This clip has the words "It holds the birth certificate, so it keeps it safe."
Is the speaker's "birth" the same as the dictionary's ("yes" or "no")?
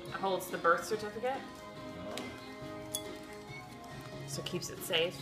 yes